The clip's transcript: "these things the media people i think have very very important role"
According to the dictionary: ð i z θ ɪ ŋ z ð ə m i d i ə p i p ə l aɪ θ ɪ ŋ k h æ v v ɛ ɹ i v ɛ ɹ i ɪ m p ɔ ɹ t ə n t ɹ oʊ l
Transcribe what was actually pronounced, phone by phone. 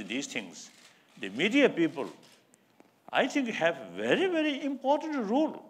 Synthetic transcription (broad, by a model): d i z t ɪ ŋ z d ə m i d i ə p i p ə l aɪ t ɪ ŋ k h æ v v ɛ ɹ i v ɛ ɹ i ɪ m p ɔ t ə n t ɹ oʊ l